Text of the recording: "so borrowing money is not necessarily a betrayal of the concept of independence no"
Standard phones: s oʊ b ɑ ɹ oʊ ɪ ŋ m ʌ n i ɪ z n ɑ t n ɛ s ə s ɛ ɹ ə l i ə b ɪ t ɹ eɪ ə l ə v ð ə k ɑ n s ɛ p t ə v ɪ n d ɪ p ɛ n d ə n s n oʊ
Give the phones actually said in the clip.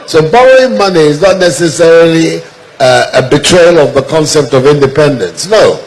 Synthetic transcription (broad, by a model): s oʊ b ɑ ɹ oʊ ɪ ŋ m ʌ n i ɪ z n ɑ t n ɛ s ə s ɛ ɹ ə l i ə b ɪ t ɹ eɪ ə l ə v ð ə k ɑ n s ɛ p t ə v ɪ n d ɪ p ɛ n d ə n s n oʊ